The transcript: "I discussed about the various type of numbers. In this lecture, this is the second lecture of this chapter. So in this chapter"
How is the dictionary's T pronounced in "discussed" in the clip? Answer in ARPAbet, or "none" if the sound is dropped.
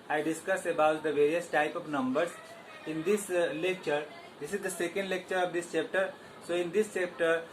none